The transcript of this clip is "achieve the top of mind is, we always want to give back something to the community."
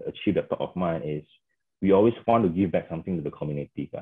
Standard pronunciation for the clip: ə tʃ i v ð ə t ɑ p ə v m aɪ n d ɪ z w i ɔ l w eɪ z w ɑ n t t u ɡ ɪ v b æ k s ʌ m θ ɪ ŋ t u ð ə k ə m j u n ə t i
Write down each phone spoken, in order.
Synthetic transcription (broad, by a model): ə tʃ i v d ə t ɑ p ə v m aɪ n ɪ s w i ɔ l w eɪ s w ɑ n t t u ɡ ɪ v b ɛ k s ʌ m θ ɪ ŋ t u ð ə k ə m j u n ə t i